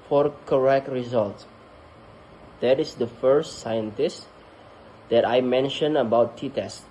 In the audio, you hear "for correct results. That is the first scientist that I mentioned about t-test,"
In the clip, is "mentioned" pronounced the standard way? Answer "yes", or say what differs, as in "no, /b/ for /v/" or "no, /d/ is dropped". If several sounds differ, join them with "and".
no, /d/ is dropped